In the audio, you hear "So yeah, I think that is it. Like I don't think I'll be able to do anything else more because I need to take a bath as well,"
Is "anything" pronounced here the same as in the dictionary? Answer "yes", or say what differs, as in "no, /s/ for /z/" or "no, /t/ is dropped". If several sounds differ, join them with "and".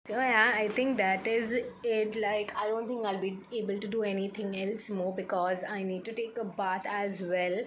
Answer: no, /t/ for /θ/